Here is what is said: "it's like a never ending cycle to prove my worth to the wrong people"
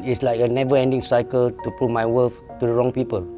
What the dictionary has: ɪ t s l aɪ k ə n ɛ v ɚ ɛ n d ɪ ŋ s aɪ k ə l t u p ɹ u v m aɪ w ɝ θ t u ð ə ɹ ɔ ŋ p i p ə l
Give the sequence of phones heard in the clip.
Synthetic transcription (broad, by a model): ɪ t s l aɪ k ə n ɛ v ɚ ɛ n d ɪ ŋ s aɪ k ə l t u p ɹ u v m aɪ w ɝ f t u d ə ɹ ɔ ŋ p i p ə l